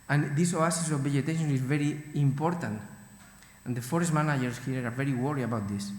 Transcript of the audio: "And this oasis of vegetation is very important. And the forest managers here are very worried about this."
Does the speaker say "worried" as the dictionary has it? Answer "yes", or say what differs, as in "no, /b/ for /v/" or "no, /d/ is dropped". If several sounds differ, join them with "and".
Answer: no, /d/ is dropped